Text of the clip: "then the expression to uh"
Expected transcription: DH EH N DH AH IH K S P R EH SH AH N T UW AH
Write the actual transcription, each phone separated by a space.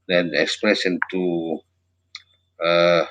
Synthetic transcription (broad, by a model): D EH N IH K S P R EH S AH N T UW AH